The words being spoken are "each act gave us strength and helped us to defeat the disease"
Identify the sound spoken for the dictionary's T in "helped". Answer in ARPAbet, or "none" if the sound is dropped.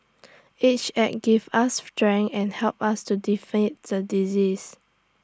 none